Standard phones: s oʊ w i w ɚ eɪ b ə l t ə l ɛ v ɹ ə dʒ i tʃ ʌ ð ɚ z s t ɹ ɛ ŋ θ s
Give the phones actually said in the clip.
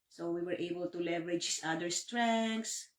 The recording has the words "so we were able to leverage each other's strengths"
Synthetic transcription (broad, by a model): s oʊ w i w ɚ eɪ b ə l t ə l ɛ v ɹ ə dʒ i s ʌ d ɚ s t ɹ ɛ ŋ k s